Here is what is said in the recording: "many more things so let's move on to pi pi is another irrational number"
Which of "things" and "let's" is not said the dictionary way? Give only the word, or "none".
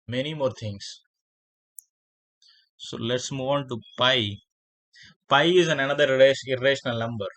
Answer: things